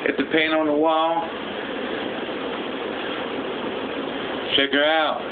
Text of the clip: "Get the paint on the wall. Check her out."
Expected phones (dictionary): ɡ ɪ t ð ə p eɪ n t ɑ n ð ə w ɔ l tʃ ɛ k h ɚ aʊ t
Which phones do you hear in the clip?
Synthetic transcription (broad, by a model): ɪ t ð ə p eɪ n ɑ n ð ə w ɔ l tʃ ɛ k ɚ aʊ t